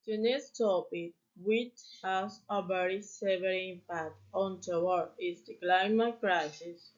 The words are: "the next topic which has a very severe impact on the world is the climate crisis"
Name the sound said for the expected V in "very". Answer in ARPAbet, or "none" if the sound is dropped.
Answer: B